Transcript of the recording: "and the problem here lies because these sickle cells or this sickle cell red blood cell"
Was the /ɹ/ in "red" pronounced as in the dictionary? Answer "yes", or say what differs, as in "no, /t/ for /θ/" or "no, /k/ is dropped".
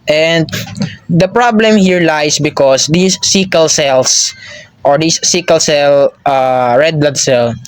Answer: yes